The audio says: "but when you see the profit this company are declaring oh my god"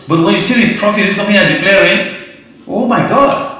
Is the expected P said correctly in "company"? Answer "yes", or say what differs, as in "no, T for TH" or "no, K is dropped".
no, P is dropped